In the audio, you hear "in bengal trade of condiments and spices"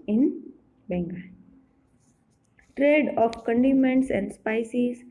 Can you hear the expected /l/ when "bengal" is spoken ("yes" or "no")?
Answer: no